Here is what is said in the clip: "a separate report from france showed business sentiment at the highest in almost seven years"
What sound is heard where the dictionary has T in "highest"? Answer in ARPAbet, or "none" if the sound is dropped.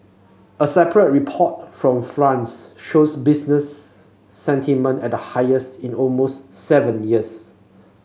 T